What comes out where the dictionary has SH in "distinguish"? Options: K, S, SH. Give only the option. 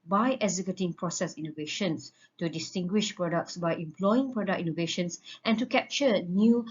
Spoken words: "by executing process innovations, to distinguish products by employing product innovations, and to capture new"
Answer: SH